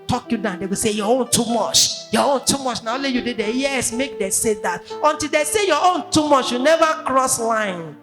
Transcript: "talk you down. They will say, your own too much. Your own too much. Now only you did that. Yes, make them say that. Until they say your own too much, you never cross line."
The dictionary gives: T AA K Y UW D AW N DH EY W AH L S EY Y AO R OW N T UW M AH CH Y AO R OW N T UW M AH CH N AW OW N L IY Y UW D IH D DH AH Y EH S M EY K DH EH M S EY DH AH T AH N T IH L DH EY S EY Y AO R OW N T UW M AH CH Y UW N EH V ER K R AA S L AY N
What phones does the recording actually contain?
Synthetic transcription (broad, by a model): T AA K Y UW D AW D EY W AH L S EY Y AO OW N T UW M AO CH Y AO OW N T UW M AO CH N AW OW L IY Y UW D IH D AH Y EH S M EY K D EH S EY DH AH T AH N T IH L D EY S EY Y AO OW N T UW M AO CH Y UW N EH V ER K R AA S L AY N